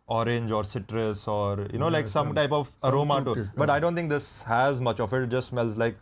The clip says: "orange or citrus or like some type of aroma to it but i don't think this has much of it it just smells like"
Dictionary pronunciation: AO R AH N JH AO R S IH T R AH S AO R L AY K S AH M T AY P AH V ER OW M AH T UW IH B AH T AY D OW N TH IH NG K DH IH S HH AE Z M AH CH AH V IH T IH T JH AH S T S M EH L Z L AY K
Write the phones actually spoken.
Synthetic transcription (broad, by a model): AO R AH N JH AO R S IH T R AH S AO R L AY K S AH M T AY P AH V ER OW M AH T UW B AH T AY D OW N T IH NG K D IH S HH AE Z M AH CH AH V IH T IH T JH AH S T S M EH L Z L AY K